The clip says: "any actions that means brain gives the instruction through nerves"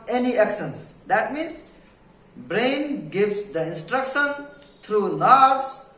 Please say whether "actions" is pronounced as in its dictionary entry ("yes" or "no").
no